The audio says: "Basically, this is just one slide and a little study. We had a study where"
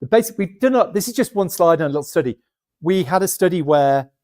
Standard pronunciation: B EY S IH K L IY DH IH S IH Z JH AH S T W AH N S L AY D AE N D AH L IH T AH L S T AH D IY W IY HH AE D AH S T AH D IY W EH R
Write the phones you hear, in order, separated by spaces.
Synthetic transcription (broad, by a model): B EY S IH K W IY DH IH S IH Z JH AH S T W AH N S L AY D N AH L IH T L S T AH D IY W IY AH D AH S T AH D IY W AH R